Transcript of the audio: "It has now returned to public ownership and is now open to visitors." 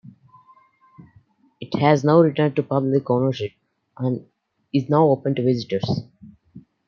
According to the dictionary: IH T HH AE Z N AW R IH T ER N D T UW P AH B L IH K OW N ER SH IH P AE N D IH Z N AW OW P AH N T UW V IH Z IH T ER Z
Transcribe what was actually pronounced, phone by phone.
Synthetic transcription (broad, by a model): IH T HH AE Z N AW R IH T ER N D T UW P AH B L IH K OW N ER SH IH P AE N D IH Z N AW OW P AH N T UW V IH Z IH T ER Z